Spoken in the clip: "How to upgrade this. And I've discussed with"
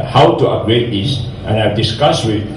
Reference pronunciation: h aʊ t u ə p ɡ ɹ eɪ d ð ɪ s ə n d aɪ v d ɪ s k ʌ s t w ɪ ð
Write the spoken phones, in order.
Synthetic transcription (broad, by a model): h aʊ t u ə ɡ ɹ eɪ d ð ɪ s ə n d aɪ v d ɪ s k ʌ s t w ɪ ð